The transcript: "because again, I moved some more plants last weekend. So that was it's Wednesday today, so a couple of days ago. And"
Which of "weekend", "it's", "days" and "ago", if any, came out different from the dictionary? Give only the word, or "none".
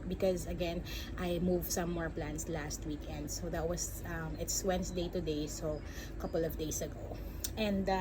days